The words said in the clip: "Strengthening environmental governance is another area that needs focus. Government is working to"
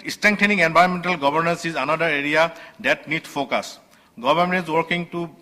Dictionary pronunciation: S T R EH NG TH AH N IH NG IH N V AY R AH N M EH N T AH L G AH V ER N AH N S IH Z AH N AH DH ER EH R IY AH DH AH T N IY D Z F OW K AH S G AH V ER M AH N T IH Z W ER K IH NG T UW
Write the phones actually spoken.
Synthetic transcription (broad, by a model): S T R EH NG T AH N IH NG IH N B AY AH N M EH N T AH L G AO B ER N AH N S IH Z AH N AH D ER EH R IY AH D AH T N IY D F OW K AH S G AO B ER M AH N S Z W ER K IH NG T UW